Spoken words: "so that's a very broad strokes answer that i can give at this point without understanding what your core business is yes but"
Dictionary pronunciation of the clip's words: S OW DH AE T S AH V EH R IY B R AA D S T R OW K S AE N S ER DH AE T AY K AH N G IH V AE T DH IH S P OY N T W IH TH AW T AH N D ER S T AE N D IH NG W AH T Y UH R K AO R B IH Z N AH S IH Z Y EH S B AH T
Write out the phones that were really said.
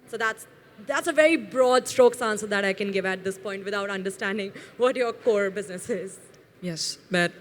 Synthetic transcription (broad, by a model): S OW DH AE T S AH V EH R IY B R AA D S T R OW K S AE N S ER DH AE T AY K AH N G IH V AE T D IH S P OY N T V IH T AW T AH N D ER S T AE N D IH NG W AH T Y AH R K AO R B IH Z N AH S IH Z Y EH S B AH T